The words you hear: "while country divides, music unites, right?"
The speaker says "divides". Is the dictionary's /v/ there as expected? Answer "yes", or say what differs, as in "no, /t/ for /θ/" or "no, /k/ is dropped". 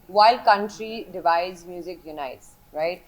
yes